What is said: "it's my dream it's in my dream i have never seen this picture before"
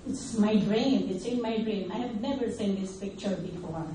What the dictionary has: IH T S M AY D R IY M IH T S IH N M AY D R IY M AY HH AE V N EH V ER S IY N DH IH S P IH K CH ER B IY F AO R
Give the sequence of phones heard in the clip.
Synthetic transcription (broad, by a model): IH T S M AY D R IY M IH T S IH N M AY D R IY M AY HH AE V N EH V ER S IY N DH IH S P IH K CH ER B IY F AO R